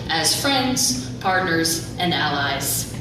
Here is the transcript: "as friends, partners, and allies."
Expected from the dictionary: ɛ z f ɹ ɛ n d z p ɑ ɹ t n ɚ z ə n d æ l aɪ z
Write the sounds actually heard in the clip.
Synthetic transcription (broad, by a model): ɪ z f ɹ ɛ n d z p ɑ ɹ t n ɚ z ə n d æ l aɪ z